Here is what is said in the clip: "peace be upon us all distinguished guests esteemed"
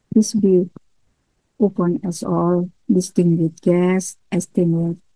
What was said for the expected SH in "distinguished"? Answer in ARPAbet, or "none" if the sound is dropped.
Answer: none